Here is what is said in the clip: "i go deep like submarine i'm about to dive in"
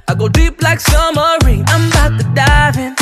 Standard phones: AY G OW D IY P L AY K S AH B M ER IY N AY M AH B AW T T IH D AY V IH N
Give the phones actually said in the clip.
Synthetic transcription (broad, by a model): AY G OW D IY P L AY K S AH M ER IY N AY M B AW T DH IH D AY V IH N